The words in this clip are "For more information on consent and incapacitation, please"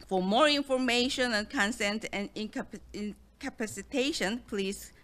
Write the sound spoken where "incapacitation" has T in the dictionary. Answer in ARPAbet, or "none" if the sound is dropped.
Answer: T